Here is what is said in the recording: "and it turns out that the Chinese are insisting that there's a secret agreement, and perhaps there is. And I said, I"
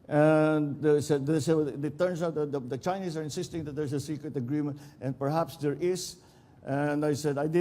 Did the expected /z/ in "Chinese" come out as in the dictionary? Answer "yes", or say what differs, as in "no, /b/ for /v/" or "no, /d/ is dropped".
no, /s/ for /z/